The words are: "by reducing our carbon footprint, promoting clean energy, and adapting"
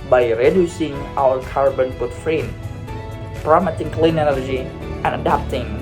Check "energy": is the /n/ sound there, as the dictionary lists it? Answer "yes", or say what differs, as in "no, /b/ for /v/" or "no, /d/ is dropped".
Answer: no, /l/ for /n/